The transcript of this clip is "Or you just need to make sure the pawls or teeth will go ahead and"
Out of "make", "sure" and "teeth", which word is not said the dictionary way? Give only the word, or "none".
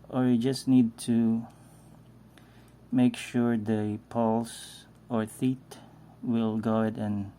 teeth